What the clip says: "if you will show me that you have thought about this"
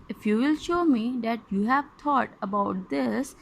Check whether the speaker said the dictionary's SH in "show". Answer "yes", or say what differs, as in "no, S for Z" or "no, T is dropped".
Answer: yes